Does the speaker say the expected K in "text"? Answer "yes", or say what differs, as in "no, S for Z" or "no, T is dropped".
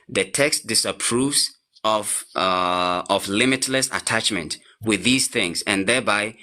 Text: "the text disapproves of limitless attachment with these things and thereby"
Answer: yes